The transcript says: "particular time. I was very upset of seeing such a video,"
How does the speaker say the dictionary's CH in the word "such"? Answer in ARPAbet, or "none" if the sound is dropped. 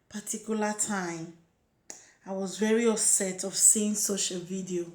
SH